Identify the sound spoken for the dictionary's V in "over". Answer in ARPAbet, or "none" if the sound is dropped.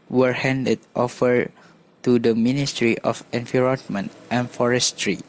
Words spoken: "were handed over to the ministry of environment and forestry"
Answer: F